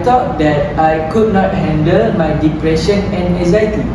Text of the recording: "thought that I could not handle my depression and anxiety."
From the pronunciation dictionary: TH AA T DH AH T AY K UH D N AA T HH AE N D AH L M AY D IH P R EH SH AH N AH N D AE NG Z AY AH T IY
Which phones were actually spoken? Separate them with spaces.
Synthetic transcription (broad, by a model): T AA T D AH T AY K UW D N AA T HH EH N D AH L M AY D IH P R EH SH AH N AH N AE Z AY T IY